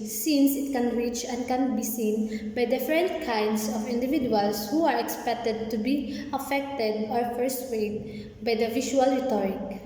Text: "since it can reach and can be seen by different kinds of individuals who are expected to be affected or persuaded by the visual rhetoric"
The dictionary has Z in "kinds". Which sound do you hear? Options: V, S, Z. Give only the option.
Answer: S